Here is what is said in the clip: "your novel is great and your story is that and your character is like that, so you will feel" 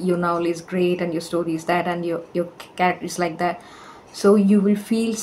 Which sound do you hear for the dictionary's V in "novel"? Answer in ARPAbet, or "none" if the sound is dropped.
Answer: none